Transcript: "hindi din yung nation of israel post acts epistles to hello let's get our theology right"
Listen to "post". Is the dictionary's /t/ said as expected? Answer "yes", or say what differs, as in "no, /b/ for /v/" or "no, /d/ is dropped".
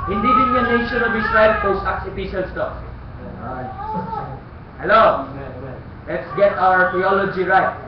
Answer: no, /t/ is dropped